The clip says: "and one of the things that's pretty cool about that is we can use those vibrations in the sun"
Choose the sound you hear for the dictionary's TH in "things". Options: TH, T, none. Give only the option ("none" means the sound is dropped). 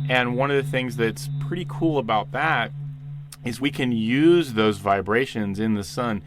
TH